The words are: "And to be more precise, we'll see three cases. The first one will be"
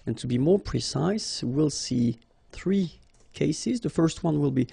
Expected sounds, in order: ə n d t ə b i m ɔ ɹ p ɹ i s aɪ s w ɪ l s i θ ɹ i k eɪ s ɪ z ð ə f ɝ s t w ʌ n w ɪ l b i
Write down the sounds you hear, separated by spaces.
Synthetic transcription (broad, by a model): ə n t ə b i m ɔ ɹ p ɹ i s aɪ s w ɪ l s i θ ɹ i k eɪ s ɪ z ð ə f ɝ s t w ʌ n w ɪ l b i